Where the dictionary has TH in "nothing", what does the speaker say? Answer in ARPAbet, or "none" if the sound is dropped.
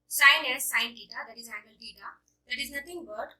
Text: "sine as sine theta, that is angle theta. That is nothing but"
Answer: T